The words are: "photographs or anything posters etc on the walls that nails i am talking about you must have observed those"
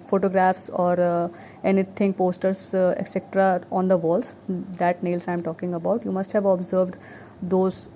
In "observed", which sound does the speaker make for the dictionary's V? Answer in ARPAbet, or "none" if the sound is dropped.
V